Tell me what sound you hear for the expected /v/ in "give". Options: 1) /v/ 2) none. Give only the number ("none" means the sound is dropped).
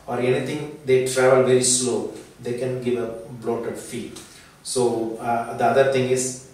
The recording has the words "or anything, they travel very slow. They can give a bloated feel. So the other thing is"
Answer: 1